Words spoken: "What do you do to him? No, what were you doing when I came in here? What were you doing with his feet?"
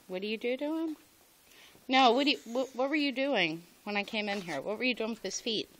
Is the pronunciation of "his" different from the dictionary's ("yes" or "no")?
yes